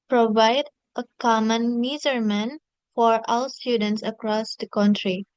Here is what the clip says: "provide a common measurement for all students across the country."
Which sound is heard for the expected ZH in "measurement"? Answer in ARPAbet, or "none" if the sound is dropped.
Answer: Z